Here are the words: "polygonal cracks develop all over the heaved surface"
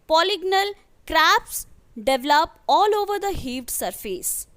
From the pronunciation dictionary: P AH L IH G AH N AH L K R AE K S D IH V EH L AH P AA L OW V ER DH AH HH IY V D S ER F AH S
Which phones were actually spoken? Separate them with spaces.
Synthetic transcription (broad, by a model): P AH L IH G N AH L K R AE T S D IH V L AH P AA L OW V ER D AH HH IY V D S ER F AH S